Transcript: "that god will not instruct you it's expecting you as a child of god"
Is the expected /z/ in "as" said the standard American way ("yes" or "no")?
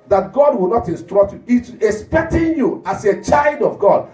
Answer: no